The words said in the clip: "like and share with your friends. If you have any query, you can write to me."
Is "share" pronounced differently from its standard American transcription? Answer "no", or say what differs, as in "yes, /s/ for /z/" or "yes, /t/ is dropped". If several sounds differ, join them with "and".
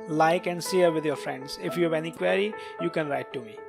yes, /s/ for /ʃ/